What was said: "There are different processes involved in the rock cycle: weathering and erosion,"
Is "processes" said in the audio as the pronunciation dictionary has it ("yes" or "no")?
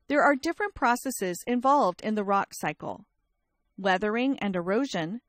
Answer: yes